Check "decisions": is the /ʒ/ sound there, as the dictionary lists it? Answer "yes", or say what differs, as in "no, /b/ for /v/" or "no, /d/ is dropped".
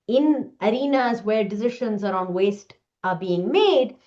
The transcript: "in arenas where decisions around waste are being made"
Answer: no, /ʃ/ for /ʒ/